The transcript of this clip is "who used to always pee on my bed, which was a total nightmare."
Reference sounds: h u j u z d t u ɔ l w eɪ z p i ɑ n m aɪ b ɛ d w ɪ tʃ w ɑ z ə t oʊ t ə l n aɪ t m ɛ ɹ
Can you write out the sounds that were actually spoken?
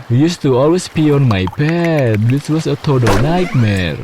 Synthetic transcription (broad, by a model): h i j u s t u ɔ l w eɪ s p i ɑ n m aɪ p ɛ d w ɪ s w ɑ s ə t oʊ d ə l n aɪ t m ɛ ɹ